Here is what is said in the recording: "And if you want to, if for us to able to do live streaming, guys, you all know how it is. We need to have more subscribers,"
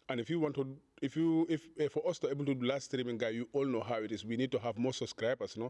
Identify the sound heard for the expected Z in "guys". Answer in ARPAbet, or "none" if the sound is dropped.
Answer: none